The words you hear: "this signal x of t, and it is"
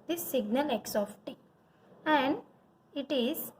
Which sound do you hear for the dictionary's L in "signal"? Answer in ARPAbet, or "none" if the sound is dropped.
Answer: L